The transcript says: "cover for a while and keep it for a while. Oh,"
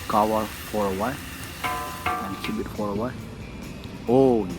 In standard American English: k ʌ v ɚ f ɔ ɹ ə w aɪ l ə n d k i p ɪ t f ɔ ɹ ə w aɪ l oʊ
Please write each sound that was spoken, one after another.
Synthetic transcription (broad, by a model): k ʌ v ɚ f ɔ ɹ ə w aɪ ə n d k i b ɪ t f ɔ ɹ ə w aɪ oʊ